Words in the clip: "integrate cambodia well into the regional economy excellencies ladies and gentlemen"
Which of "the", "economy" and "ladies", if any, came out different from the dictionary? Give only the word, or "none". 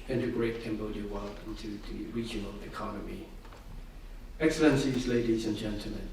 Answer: none